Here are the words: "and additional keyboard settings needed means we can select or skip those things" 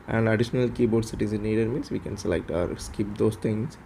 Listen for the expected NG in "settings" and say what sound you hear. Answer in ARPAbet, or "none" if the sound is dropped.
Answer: none